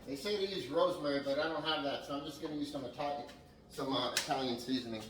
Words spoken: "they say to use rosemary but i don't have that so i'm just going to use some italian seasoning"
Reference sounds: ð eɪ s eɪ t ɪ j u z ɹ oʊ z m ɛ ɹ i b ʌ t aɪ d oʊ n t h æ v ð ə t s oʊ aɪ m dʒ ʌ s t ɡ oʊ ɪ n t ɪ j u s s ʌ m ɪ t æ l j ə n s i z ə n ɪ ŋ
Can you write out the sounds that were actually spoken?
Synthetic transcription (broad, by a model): ð eɪ s eɪ t ɪ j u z ɹ oʊ z m ɛ ɹ i b ʌ t aɪ d oʊ n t h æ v ð ə t s oʊ aɪ m dʒ ʌ s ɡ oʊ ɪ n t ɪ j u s s ʌ m ɪ t æ l j ə n s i z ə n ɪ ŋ